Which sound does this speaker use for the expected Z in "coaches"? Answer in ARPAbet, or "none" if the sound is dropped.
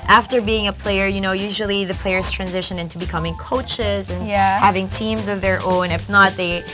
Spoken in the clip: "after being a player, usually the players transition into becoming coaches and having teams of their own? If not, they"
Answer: Z